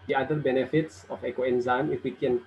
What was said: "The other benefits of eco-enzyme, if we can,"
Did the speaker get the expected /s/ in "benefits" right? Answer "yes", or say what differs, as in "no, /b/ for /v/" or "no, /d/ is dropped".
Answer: yes